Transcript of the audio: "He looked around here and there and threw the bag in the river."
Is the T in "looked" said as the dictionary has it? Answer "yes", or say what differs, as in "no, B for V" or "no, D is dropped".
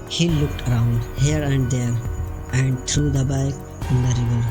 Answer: yes